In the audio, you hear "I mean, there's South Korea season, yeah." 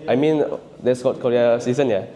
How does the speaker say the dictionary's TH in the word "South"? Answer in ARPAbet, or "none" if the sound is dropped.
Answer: T